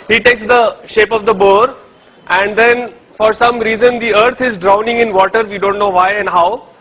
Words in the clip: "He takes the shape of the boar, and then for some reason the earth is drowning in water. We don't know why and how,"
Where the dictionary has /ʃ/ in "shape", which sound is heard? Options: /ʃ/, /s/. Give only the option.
/ʃ/